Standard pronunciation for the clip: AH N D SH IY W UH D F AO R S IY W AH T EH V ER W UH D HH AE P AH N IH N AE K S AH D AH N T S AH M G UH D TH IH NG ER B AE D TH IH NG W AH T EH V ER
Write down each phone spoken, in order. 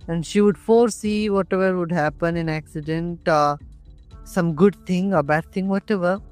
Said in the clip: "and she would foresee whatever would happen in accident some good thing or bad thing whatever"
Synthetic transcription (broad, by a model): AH N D SH IY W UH D F AO R S IY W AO T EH V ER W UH D HH AE P AH N IH N AE K S AH D AH N T S AH M G UH D T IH NG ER B AE D T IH NG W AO T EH V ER